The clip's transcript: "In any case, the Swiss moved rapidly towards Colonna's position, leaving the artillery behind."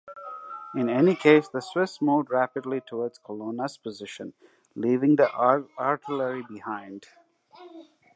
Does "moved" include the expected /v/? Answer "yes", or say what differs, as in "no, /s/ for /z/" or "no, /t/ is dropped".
no, /v/ is dropped